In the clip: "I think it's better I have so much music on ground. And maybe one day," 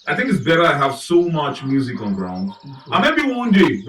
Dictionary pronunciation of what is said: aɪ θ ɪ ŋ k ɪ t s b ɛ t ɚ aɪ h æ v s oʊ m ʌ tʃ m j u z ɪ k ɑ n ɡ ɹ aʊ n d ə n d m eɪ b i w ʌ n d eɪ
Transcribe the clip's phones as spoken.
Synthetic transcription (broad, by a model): aɪ θ ɪ ŋ k ɪ t s b ɛ t ɚ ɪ h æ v s oʊ m ʌ tʃ m j u z ɪ k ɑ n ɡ ɹ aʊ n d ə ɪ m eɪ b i w ʌ n d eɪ